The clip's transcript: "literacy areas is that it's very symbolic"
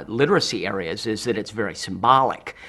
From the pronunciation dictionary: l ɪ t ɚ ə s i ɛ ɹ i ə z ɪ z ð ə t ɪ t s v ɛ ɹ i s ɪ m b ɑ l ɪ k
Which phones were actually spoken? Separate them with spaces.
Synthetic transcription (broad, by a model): l ɪ t ɚ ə s i ɛ ɹ i ə z ɪ z ð ə t ɪ t s v ɛ ɹ i s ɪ m b ɑ l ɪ k